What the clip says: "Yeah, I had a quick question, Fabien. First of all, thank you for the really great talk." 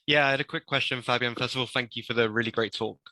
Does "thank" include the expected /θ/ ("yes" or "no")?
yes